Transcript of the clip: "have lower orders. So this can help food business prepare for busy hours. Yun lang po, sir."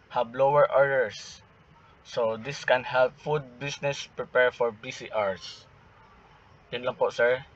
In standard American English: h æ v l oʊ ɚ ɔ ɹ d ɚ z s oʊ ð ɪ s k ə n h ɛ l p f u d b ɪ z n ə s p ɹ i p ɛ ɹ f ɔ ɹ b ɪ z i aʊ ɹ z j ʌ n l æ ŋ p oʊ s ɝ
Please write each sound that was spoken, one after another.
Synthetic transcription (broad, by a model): h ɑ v l oʊ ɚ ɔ ɹ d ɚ s oʊ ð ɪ s k ə n h ɛ l p f u d b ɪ s n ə s p ɹ i p ɛ ɹ f ɔ ɹ b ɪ s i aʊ ɹ s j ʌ n l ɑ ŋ p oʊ s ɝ